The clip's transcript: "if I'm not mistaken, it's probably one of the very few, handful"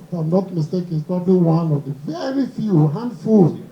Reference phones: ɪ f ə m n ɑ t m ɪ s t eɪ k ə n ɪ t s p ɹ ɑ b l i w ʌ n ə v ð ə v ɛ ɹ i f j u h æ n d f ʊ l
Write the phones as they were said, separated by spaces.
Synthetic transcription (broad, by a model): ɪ ə m n ɑ t m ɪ s t eɪ k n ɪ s p ɹ ɑ b l i w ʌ n ə v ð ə v ɛ ɹ i f j u h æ n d f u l